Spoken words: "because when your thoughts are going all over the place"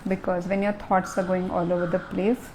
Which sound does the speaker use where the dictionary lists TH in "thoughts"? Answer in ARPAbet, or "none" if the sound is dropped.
T